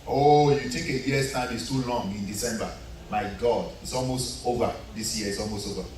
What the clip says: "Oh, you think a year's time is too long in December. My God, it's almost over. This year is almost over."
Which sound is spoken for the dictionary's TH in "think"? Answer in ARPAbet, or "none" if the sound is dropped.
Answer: T